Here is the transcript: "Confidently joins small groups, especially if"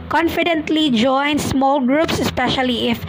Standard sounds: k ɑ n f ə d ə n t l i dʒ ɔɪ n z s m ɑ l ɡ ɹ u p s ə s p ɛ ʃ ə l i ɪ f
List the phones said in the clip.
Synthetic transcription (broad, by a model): k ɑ n f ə d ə n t l i dʒ ɔɪ n s m ɑ l ɡ ɹ u p s ə s p ɛ ʃ ə l i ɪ f